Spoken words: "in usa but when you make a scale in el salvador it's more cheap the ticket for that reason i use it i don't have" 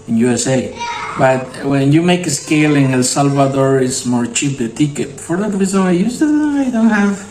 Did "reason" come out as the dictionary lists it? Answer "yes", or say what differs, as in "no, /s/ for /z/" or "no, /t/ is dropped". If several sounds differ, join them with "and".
no, /n/ is dropped